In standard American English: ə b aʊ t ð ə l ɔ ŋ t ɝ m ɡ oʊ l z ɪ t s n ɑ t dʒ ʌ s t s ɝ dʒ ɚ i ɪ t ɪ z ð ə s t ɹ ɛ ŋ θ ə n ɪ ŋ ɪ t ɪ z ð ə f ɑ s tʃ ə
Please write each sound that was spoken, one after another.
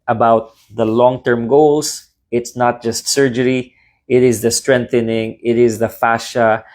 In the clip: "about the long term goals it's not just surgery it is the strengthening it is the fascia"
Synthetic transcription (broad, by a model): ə b aʊ t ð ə l ɔ ŋ t ɝ m ɡ oʊ l s ɪ t s n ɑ t dʒ ʌ s t s ɝ dʒ ɚ i ɪ t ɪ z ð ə s t ɹ ɛ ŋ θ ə n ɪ ŋ ɪ t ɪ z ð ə f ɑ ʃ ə